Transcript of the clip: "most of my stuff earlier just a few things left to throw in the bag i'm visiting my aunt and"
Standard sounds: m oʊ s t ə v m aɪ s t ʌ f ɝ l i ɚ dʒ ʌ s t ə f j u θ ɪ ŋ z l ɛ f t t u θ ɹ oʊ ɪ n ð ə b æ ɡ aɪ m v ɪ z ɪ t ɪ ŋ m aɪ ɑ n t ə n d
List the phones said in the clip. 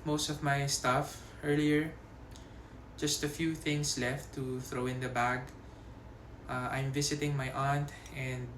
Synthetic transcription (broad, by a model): m oʊ s t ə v m aɪ s t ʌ f ɝ l i ɚ dʒ ʌ s t ə f j u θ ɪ ŋ s l ɛ f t t u θ ɹ oʊ ɪ n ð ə b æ ɡ aɪ m v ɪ s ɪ t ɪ ŋ m aɪ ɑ n t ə n d